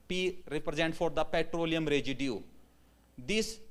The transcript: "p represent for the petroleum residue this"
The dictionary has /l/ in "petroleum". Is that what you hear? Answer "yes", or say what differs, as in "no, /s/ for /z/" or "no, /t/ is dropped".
yes